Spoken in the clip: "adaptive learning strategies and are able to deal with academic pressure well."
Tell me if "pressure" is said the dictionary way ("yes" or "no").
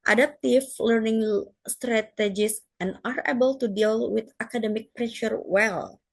yes